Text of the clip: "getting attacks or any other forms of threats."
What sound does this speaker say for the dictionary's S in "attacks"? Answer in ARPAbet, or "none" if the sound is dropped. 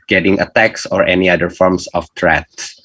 S